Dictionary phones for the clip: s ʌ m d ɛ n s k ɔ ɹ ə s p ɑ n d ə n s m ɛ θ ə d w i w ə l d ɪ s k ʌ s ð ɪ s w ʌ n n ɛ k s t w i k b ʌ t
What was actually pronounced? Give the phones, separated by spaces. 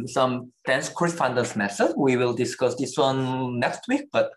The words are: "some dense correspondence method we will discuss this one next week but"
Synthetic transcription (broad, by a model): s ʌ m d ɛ n s k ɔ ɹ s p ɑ n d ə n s m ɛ s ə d w i w ə l d ɪ s k ʌ s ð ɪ s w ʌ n n ɛ k s t w i k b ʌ t